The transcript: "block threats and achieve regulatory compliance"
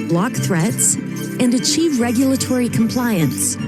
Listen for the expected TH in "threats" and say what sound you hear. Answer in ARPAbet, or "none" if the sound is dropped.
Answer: TH